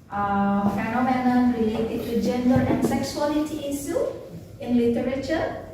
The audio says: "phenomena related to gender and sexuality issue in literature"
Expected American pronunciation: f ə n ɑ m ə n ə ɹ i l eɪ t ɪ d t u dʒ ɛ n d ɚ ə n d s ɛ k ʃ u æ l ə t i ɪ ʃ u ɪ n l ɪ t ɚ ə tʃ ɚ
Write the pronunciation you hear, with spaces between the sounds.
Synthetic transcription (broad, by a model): f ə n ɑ m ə n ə ɹ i l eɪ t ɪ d t u dʒ ɛ n d ɚ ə n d s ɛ k s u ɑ l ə t i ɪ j u ɪ n l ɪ t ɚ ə tʃ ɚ